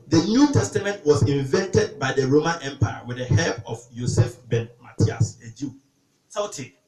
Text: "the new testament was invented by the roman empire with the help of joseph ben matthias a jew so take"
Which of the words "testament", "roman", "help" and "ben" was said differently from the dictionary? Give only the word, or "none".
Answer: help